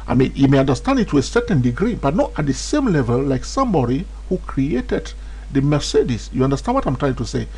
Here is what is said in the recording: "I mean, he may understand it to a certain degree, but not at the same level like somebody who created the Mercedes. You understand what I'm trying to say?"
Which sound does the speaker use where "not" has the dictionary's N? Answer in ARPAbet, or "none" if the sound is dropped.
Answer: N